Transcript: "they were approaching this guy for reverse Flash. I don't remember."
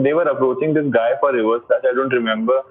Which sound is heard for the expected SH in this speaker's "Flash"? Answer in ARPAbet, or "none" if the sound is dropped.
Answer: S